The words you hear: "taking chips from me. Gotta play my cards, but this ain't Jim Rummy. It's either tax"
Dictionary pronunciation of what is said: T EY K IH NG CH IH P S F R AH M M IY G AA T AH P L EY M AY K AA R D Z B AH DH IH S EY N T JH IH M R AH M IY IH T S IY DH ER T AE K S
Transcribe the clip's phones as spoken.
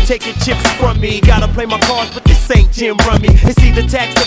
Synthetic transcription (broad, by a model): T EY K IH CH IH P S F R AH M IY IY G AA T AH P L EY M AY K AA R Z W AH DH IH S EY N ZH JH IH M R AH M IY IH S IY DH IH T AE K S